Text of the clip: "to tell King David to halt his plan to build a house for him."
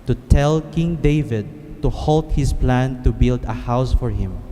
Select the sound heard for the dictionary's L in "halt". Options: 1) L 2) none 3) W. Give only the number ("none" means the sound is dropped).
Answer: 1